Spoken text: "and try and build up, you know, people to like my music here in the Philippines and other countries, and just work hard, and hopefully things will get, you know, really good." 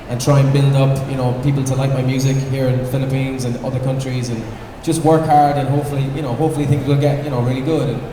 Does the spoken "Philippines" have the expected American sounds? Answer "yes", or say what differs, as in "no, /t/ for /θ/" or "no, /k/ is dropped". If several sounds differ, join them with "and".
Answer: yes